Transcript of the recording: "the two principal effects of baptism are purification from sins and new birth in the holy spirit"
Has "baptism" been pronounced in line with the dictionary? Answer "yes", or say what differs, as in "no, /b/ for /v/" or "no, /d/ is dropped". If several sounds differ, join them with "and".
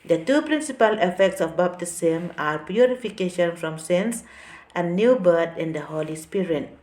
no, /s/ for /z/